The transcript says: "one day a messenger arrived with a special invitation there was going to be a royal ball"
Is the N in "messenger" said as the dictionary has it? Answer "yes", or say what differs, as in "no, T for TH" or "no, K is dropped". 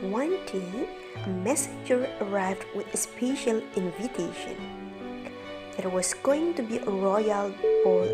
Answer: no, N is dropped